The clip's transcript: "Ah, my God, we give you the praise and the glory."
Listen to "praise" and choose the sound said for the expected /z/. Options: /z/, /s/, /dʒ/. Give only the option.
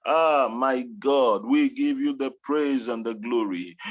/z/